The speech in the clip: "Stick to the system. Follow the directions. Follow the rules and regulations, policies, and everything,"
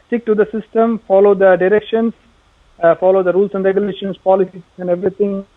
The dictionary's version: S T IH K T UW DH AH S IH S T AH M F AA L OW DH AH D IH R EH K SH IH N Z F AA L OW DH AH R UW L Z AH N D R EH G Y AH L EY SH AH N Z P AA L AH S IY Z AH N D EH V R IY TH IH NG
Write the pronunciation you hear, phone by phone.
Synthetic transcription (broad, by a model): S T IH K T UW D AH S IH S T AH M F AA L OW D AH D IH R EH K SH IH N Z F AA L OW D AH R UW L S AH N D R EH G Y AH L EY SH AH N S P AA L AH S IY AH N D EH V R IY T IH NG